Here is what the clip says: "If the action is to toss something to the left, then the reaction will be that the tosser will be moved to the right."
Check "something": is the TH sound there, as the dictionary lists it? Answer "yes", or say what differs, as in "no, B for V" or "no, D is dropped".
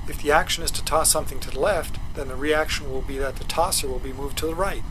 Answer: yes